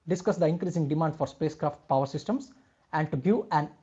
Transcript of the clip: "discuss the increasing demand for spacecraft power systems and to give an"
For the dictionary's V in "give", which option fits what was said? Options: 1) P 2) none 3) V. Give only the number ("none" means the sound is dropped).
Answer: 2